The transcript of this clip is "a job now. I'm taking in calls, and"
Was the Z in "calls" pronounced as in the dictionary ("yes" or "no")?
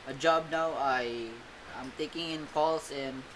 no